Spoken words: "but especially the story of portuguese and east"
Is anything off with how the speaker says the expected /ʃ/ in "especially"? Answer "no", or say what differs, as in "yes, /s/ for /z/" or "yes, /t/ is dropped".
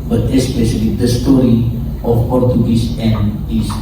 no